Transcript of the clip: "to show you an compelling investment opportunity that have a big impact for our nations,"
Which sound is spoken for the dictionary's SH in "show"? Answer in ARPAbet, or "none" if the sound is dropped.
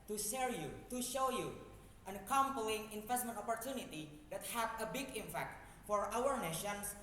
SH